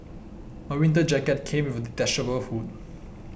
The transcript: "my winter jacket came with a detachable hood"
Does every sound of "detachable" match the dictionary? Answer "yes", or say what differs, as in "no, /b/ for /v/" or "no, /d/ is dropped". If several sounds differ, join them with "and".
no, /s/ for /tʃ/